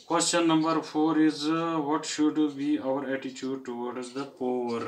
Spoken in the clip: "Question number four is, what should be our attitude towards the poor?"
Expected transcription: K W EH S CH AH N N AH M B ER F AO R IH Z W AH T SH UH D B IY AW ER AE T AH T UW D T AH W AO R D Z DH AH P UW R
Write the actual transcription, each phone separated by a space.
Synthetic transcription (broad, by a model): K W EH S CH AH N N AH M B ER F AO R IH Z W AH T SH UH D B IY AW ER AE T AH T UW D T AH W AO R D Z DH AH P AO R